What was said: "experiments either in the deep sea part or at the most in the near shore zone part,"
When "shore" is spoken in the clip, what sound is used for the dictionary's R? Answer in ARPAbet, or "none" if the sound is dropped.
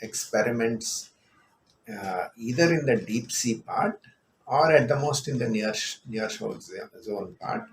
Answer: L